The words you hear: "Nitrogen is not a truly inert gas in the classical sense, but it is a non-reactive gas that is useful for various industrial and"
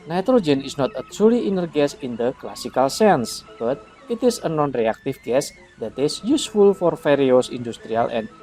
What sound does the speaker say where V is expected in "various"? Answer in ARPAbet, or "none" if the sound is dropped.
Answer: F